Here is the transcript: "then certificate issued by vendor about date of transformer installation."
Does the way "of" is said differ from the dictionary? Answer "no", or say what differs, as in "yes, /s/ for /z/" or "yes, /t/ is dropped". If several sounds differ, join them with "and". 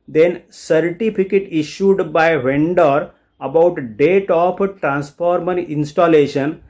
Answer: yes, /p/ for /v/